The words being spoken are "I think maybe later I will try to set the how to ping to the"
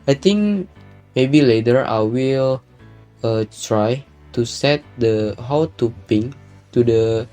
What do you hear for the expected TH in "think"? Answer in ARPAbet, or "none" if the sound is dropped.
T